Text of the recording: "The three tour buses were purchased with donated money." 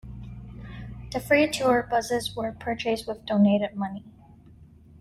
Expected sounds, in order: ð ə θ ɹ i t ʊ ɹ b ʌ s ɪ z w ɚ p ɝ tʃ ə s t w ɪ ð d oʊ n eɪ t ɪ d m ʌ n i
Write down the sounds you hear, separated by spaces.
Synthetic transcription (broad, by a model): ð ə f ɹ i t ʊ ɹ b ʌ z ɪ z w ɚ p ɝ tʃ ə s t w ɪ ð d oʊ n eɪ t ɪ d m ʌ n i